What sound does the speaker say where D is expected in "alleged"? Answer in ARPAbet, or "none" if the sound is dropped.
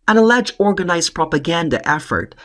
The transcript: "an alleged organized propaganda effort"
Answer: none